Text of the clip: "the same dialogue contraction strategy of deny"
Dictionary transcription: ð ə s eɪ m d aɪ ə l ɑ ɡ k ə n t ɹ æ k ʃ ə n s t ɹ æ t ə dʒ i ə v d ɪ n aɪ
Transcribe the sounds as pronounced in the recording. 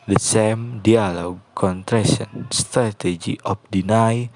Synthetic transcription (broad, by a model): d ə s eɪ m d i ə l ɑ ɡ k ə n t ɹ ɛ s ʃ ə n s t ɹ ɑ t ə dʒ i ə p d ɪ n aɪ